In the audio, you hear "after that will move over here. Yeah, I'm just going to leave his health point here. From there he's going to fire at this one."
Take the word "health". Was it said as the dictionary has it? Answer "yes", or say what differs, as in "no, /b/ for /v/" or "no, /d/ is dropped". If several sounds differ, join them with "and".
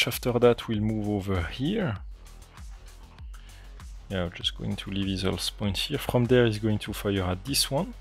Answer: no, /s/ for /θ/